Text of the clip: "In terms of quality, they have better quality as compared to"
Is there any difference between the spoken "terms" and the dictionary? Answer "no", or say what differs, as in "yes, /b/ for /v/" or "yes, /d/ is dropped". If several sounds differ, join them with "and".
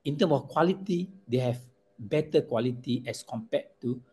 yes, /z/ is dropped